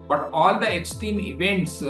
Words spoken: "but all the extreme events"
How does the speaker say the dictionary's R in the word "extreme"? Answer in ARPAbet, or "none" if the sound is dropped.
none